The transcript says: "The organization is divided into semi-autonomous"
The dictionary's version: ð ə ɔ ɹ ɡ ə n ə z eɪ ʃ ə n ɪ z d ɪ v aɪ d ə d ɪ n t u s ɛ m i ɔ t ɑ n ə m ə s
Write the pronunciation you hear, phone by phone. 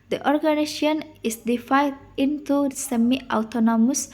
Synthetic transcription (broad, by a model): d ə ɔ ɹ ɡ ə n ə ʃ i ə n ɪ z d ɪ f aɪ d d ɪ n t u s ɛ m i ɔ t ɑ n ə m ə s